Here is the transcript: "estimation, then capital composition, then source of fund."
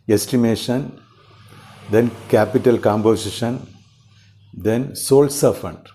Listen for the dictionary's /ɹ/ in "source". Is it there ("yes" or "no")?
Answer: no